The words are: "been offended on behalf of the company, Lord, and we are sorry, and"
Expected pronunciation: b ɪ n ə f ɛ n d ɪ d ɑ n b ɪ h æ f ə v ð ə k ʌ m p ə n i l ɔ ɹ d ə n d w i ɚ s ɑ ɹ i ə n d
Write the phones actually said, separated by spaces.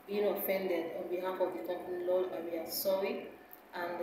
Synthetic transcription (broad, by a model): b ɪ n ə f ɛ n d ɪ d ɑ n b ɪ h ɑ f ə v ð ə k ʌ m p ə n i l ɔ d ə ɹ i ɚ s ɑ i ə n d